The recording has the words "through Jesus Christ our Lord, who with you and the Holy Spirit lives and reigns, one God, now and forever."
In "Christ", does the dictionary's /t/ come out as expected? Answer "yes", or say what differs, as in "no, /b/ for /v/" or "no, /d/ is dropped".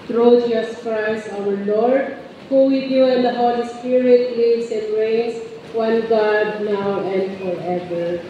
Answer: no, /t/ is dropped